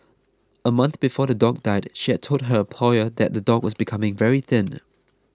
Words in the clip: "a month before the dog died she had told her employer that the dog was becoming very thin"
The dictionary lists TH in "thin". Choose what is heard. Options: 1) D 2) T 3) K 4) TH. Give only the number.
4